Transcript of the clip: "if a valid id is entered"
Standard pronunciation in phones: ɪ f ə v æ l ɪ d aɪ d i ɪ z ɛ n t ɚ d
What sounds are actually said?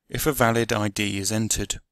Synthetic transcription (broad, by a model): ɪ f ə v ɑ l ɪ d aɪ d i ɪ z ɛ n t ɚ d